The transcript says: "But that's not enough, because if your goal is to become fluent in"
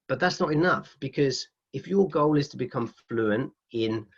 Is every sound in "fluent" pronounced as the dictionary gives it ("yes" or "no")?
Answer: yes